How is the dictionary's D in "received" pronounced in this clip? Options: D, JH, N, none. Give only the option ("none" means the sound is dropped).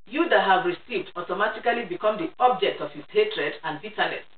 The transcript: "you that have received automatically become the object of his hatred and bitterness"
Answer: D